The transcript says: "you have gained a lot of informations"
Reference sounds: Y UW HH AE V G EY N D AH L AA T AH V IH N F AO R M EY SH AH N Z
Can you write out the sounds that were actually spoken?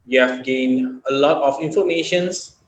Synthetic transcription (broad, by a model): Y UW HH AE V G EY N D AH L AA T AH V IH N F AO R M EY SH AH N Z